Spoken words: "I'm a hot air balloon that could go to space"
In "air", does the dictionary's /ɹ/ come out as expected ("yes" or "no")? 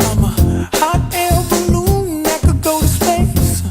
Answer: no